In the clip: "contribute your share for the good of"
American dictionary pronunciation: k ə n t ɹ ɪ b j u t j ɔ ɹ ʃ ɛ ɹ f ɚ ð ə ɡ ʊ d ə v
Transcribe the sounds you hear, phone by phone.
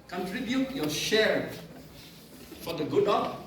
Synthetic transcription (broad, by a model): k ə n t ɹ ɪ b j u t j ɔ ʃ ɛ ɹ f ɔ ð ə ɡ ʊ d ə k